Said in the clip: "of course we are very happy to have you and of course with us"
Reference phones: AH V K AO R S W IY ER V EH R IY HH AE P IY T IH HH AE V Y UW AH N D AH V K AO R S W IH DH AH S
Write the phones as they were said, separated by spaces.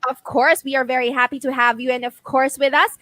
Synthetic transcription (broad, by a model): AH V K AO R S W IY ER V EH R IY HH AE P IY T IH HH AE V Y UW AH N AH V K AO R S W IH DH AH S